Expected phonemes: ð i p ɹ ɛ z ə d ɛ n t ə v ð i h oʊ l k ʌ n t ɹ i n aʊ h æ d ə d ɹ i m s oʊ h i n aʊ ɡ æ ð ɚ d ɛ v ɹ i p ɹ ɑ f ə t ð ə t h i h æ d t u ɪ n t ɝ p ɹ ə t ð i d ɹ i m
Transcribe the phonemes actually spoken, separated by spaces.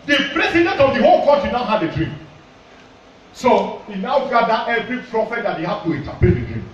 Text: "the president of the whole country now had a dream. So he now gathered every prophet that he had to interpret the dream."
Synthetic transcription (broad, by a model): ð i p ɹ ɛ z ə d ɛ n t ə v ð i h oʊ l k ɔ t i n aʊ h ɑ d ə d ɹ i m s oʊ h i n aʊ ɡ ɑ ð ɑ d ɛ v ɹ i p ɹ ɑ f ə t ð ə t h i h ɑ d t u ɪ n t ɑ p ə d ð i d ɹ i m